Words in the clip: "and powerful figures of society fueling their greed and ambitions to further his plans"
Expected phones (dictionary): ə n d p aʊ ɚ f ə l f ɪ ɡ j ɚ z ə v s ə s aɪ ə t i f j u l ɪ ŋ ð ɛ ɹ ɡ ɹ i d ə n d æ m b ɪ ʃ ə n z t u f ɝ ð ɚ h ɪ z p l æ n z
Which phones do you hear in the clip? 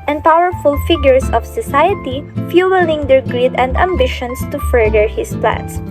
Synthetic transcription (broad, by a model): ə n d p aʊ ɚ f ə l f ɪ ɡ j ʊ s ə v s ə s aɪ ə t i f j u l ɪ ŋ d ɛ ɹ ɡ ɹ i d ə n d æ m b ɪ ʃ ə n s t u f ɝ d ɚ h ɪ s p l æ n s